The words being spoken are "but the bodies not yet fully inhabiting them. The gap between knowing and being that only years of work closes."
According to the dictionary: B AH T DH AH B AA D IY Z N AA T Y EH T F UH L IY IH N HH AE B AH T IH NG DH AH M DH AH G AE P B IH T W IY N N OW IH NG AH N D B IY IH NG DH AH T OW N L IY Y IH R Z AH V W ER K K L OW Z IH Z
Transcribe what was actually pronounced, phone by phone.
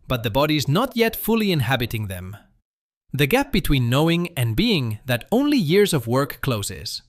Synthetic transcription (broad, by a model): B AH T DH AH B AA D IY Z N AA T Y EH T F UH L IY IH N HH AE B AH T IH NG DH AH M DH AH G AE P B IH T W IY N N OW IH NG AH N B IY IH NG DH AH T OW N L IY Y IH R Z AH V W ER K K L OW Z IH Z